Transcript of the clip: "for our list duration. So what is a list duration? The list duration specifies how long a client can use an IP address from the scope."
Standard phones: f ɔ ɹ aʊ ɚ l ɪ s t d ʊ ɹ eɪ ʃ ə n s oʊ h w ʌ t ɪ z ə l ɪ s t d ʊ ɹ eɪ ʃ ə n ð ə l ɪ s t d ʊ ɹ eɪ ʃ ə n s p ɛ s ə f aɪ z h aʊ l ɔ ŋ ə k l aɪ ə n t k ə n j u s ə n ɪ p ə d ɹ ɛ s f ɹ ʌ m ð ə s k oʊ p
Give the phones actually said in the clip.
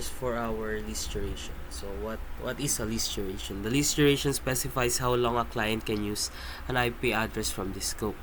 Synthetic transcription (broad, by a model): f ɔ ɹ aʊ ɚ l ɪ s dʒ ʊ ɹ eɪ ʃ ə n s oʊ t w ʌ t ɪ s ə l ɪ s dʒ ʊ ɹ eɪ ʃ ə n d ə l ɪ s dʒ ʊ ɹ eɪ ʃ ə n s p ɛ s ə f aɪ s h aʊ l ɔ ŋ ə k l aɪ ə n t k ə n j u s ə n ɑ p ə d ɹ ɛ s f ɹ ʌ m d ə s k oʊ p